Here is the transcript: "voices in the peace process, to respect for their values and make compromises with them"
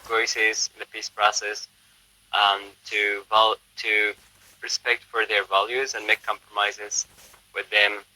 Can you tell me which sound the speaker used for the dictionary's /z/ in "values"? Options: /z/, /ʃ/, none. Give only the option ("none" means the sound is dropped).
/z/